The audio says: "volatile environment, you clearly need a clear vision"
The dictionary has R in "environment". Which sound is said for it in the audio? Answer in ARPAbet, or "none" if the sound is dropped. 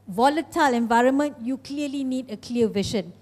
R